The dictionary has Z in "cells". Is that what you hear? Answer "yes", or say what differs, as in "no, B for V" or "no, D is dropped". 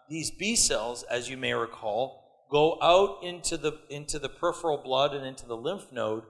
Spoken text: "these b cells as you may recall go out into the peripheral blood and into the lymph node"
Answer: yes